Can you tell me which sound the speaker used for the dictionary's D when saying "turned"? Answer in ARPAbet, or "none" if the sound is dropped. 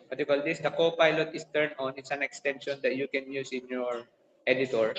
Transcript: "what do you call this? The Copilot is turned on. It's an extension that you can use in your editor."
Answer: none